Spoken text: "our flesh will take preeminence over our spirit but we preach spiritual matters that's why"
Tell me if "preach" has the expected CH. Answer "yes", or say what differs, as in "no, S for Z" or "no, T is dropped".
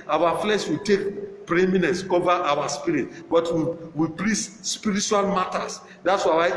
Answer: no, S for CH